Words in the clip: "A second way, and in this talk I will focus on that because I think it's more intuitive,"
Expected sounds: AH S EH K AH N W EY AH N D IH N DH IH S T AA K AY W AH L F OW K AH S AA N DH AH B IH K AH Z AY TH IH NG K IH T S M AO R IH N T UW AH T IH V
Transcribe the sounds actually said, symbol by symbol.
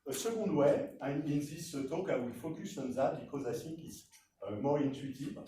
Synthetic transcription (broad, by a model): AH S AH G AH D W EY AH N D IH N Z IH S T AA K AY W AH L F OW K AH S AA N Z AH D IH K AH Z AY S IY K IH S M AO R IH N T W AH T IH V